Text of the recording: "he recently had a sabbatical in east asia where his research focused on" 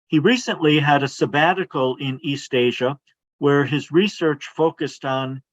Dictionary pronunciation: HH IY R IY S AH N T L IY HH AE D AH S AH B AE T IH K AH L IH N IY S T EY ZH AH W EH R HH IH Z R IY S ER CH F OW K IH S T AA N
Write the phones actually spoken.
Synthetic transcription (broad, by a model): HH IY R IY S AH N T L IY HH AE D AH S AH B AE T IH K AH L IH N IY S T EY ZH AH W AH R IH Z R IY S ER CH F OW K IH S T N